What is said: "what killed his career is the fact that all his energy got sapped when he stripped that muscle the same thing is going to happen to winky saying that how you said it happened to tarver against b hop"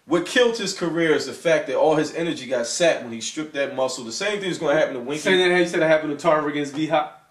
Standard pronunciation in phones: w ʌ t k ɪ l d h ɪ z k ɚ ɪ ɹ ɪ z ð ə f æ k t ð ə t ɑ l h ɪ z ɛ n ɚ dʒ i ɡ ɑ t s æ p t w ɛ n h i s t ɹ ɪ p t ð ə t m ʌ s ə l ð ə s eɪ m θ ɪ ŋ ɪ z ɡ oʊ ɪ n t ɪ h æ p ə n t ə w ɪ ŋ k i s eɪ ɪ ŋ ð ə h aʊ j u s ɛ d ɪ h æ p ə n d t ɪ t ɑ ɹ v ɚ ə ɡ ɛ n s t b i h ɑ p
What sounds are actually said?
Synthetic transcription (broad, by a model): w ʌ t k ɪ l d h ɪ z k ɚ ɪ ɹ ɪ z ð ə f æ k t ð ə t ɑ l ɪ z ɛ n ɚ dʒ i ɡ ɑ t s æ t w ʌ n i s t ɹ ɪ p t ð ə t m ʌ s l ð ə s eɪ m θ ɪ ŋ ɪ z ɡ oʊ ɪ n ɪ h æ p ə n t ə w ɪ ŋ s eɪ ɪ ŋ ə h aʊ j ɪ s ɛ d ɪ h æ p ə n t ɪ t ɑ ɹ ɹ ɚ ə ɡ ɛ n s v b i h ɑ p